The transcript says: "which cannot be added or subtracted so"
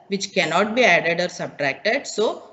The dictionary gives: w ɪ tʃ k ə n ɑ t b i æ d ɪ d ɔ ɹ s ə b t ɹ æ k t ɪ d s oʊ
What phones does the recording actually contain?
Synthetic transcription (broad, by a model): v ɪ tʃ k ə n ɑ t b i æ d ɪ d ɔ ɹ s ə b t ɹ æ k t ɪ d s oʊ